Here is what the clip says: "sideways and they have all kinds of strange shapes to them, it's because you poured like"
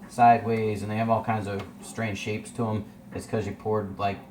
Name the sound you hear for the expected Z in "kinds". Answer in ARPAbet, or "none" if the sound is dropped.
Z